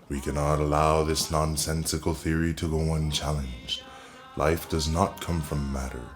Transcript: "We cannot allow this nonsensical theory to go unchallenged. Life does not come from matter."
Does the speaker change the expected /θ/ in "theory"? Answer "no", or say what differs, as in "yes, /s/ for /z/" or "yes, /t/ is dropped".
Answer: no